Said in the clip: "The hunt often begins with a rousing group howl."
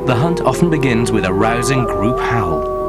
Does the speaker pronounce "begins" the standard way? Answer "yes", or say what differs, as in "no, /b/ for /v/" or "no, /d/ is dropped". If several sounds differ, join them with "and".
yes